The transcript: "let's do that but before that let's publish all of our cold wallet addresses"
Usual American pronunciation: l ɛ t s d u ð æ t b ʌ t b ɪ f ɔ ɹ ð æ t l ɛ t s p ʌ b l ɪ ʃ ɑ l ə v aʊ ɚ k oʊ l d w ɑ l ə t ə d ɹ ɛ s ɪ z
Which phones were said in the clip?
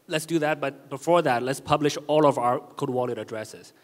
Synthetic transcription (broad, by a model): l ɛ t s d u ð æ t b ʌ t b ɪ f ɔ ɹ ð æ t l ɛ t s p ʌ b l ɪ ʃ ɑ l ə v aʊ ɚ k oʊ d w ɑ l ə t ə d ɹ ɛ s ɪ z